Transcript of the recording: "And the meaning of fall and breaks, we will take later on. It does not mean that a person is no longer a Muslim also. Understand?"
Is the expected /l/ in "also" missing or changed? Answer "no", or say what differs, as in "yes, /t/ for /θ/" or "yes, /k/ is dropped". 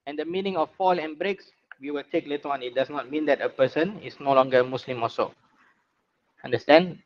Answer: yes, /l/ is dropped